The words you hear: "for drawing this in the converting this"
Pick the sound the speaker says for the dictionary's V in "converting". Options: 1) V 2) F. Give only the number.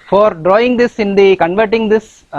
1